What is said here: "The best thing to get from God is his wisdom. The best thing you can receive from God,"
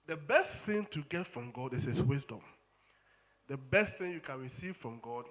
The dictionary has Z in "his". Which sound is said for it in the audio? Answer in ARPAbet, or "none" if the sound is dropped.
S